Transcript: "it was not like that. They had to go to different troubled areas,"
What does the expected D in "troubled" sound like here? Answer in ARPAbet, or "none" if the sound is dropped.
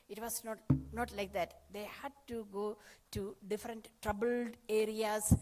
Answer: D